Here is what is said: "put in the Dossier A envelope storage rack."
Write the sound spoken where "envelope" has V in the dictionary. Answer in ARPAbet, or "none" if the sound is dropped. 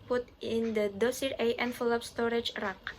F